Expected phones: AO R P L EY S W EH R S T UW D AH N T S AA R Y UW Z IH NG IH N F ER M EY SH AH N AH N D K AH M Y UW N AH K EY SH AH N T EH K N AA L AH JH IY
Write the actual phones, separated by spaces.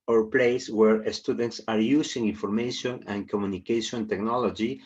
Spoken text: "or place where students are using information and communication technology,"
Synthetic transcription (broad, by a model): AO R P L EY S W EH R S T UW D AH N T S AA R Y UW S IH NG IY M F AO M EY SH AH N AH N K AH M Y UW N AH K EY SH AH N T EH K N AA L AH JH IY